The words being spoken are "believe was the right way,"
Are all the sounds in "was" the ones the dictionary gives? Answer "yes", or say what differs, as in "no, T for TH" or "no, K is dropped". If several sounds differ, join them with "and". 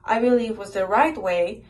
yes